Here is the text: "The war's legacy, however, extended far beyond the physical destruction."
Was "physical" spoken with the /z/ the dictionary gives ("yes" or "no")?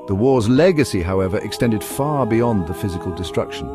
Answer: yes